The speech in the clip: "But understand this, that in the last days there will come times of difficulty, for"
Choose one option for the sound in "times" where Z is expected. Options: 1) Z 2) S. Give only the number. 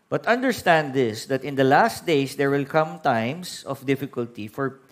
2